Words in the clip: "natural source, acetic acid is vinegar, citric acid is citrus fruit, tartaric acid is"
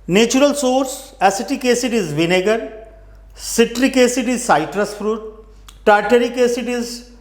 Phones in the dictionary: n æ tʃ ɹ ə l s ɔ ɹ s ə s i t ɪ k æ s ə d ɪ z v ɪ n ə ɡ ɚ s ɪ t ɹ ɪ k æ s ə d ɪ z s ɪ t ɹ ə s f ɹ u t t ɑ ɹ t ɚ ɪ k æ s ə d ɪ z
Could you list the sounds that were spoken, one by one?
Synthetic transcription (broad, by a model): n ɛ tʃ ɹ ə l s ɔ ɹ s ə s i t ɪ k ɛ s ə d ɪ z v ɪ n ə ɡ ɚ s ɪ t ɹ ɪ k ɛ s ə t ɪ z s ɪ t ɹ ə s f ɹ u t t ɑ ɹ t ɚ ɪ k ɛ s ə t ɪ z